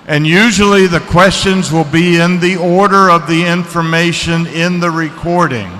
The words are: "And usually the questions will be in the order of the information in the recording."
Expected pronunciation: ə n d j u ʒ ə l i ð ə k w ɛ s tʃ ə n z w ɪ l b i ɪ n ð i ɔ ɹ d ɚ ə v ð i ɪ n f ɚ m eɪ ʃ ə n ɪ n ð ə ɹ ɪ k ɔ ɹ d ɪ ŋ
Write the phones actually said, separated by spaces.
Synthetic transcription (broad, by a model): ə n j u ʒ l i ð ə k w ɛ s tʃ ə n z w ɪ l b i ɪ n ð i ɔ ɹ d ɚ ə v ð i ɪ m f ɚ m eɪ ʃ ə n ɪ n ð ə ɹ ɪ k ɔ ɹ d ɪ ŋ